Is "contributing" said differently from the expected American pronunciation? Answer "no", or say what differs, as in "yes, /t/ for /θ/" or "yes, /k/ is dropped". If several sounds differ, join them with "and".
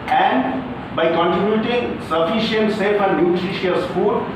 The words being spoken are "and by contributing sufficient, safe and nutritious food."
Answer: yes, /ɹ/ is dropped